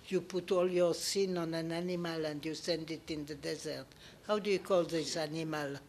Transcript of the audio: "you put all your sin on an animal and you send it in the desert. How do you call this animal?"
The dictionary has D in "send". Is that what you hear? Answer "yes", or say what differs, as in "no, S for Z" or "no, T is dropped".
yes